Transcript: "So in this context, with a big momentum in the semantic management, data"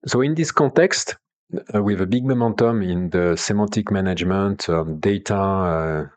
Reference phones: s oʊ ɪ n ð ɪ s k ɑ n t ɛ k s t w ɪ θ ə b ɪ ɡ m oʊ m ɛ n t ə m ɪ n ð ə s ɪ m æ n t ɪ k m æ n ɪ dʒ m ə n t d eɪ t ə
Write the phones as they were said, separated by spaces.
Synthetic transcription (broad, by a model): s oʊ ɪ n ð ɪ s k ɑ t ɛ k s t w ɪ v ə b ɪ ɡ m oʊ m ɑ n t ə m ɪ n ð ə s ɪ m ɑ t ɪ k m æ n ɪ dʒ m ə n t d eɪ t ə